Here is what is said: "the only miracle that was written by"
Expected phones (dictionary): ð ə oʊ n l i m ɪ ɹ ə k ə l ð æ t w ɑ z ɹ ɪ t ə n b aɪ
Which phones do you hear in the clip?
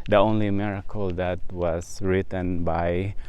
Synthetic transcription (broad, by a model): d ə oʊ n l i m ɪ ɹ ə k ə l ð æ t w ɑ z ɹ ɪ t ə n b aɪ